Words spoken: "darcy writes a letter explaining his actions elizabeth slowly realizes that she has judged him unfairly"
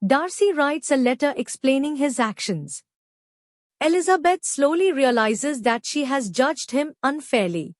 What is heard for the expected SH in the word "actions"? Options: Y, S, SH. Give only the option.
SH